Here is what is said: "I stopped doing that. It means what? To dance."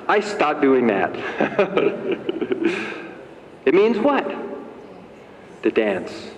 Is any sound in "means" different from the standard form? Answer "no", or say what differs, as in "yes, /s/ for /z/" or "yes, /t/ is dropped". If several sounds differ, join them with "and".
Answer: no